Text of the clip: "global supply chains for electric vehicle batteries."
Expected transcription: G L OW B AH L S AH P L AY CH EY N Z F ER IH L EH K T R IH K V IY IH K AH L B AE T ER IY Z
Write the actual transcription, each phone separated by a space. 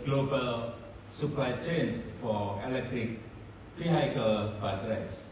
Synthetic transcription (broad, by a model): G L OW B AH L S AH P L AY CH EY N S F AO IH L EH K T R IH K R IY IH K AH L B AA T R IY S